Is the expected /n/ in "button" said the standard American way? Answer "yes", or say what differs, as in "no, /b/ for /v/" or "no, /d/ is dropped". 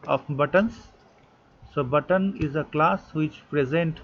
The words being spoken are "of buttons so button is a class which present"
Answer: yes